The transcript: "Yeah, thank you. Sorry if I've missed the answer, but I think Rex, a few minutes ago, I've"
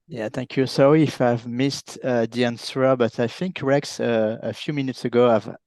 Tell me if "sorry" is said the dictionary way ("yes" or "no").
no